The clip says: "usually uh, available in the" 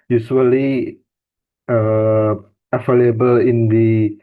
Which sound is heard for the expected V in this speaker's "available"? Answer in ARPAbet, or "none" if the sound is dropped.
F